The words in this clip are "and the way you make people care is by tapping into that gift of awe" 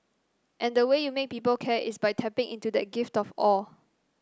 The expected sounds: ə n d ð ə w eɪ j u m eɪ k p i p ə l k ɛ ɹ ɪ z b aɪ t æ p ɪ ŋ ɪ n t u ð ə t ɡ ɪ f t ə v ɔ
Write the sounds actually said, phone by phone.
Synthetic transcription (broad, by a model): ə n d ə w eɪ j u m eɪ k p i p ə l k ɛ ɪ s b aɪ t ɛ p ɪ ŋ ɪ n t u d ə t ɡ ɪ f t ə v ɔ